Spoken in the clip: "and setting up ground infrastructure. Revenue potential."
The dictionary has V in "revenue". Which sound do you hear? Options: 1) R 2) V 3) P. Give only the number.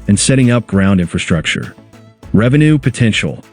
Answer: 2